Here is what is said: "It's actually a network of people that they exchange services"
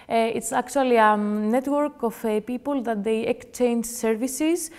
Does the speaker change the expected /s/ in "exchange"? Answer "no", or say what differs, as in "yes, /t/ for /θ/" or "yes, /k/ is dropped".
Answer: yes, /s/ is dropped